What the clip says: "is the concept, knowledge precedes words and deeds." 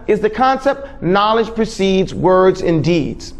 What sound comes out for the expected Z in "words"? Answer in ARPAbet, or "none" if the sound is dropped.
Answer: Z